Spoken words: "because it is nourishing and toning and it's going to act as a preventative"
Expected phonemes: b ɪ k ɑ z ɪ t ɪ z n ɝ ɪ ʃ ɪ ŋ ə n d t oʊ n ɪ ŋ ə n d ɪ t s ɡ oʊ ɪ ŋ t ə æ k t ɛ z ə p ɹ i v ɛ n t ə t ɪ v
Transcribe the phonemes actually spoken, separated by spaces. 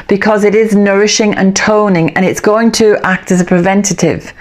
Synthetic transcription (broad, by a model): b ɪ k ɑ z ɪ t ɪ z n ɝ ɪ ʃ ɪ ŋ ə n t oʊ n ɪ ŋ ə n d ɪ t s ɡ oʊ ɪ ŋ t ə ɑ k t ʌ z ə p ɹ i v ɛ n t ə t ɪ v